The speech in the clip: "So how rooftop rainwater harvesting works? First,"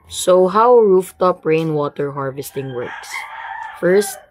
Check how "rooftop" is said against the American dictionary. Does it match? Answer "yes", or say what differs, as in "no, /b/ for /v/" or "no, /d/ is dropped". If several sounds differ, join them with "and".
yes